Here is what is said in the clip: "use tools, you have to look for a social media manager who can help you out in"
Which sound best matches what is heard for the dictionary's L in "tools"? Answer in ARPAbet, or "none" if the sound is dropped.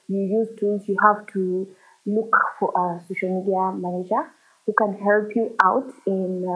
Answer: none